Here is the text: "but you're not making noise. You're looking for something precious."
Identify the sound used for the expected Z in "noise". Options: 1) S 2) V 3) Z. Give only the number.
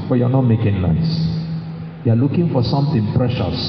1